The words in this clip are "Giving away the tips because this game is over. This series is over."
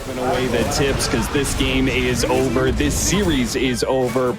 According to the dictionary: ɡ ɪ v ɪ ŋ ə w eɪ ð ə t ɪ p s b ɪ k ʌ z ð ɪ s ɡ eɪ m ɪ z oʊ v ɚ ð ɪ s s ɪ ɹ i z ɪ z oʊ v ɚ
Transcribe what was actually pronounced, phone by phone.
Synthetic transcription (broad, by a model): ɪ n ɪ ə w eɪ ð ə t ɪ p s k ʌ z ð ɪ s ɡ eɪ m ɪ z oʊ v ɚ ð ɪ s s ɪ ɹ i z ɪ z oʊ v ɚ